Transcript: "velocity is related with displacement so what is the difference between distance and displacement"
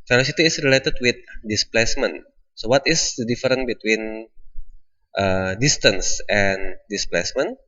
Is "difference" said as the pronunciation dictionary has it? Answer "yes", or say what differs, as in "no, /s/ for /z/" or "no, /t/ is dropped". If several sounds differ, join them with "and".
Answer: no, /s/ is dropped